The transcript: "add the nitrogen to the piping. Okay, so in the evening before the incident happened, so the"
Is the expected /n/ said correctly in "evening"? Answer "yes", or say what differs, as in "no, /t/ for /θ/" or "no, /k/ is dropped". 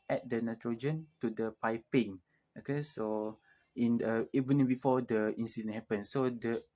no, /n/ is dropped